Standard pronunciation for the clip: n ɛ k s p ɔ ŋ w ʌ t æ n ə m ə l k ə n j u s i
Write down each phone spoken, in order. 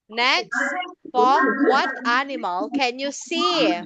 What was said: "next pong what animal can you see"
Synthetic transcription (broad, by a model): n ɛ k s f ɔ w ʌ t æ n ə m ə l k ə n j u s i